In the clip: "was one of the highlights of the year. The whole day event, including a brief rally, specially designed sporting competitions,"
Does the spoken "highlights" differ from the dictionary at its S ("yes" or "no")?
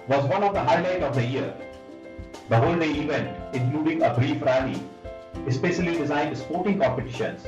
yes